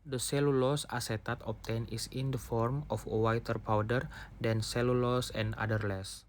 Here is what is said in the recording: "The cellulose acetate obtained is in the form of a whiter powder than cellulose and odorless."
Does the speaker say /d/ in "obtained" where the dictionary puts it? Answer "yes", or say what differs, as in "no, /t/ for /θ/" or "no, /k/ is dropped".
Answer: no, /d/ is dropped